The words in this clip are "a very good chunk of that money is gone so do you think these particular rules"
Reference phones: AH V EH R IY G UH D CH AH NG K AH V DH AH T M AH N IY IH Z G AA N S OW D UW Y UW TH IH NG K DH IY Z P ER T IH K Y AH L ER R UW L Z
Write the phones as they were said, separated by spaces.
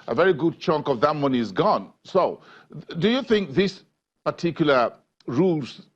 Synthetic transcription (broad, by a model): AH V EH R IY G UH D CH AH NG K AH V DH AH T M AH N IY IH Z G AA N S OW D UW Y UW TH IH NG K DH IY S P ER T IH K Y L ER R UW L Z